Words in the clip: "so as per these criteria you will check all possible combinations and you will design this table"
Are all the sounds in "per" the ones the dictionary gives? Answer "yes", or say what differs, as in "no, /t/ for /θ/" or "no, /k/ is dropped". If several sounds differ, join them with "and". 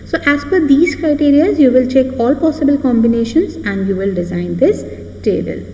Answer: no, /f/ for /p/